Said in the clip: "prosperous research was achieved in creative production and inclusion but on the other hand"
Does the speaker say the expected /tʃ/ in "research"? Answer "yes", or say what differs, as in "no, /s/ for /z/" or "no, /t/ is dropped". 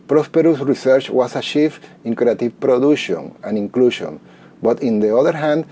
yes